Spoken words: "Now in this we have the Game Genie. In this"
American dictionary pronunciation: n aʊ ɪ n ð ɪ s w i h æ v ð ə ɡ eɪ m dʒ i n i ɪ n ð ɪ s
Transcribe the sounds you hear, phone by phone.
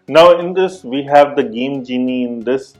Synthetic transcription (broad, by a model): n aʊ ɪ n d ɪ s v i h æ v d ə ɡ eɪ m dʒ i n i ɪ n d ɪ s